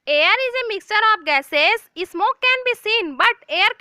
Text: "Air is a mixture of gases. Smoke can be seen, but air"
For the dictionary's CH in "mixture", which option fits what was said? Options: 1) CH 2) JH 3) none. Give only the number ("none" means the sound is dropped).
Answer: 1